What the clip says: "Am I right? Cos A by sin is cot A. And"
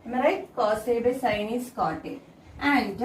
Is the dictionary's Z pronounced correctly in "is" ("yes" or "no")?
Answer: no